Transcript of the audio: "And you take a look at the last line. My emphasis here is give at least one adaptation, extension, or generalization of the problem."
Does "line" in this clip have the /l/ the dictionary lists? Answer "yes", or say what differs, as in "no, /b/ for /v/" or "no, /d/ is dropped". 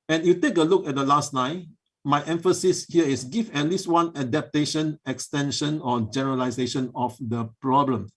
no, /n/ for /l/